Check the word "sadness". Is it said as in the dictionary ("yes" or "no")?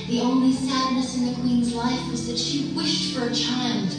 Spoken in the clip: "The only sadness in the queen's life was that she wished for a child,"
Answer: yes